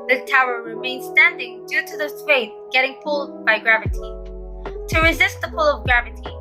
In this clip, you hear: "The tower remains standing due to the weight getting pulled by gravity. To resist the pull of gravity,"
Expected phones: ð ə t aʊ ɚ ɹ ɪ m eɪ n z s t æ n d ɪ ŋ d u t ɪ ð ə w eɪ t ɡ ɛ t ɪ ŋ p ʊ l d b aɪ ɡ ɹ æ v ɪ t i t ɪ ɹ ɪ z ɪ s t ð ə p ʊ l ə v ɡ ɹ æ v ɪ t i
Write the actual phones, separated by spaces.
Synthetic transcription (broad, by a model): ð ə t aʊ ɚ ɹ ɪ m eɪ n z s t æ n d ɪ ŋ d u t ɪ ð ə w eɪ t ɡ ɛ t ɪ ŋ p ʊ l d b aɪ ɡ ɹ æ v ɪ t i t ɪ ɹ ɪ z ɪ s t ð ə p ʊ l ə v ɡ ɹ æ v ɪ t i